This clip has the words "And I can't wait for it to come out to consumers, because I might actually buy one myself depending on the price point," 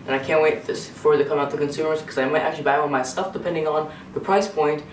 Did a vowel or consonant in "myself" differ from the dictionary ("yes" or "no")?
yes